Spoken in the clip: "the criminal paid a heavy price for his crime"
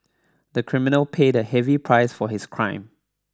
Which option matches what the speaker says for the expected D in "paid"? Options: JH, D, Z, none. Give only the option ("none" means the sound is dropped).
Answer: D